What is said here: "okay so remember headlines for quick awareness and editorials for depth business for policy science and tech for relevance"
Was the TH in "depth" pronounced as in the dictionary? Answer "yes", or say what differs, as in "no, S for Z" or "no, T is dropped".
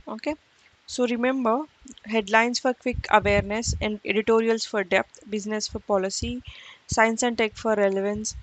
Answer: no, T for TH